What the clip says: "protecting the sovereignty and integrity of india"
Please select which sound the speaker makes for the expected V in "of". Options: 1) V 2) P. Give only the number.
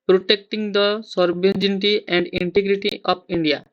2